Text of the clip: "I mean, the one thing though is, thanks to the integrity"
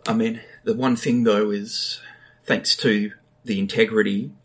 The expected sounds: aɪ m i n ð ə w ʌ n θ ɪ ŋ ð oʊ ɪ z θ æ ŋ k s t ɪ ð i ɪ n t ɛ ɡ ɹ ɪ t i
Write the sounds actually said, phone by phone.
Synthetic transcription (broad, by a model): aɪ m i n ð ə w ʌ n θ ɪ ŋ ð oʊ ɪ z θ æ ŋ k s t ɪ ð i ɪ n t ɛ ɡ ɹ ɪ t i